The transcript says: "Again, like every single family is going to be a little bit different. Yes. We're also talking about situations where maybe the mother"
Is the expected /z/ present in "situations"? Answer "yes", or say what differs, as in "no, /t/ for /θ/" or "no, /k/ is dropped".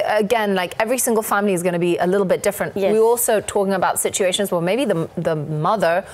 yes